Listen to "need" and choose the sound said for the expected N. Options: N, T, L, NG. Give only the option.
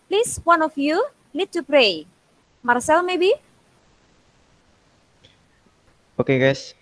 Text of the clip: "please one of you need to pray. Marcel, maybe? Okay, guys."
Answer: L